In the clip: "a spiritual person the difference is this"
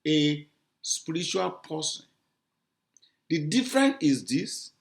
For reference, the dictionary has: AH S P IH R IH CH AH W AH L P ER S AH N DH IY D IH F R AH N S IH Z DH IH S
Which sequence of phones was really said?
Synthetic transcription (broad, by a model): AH S P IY R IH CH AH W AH L P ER S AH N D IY D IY F R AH N IH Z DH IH S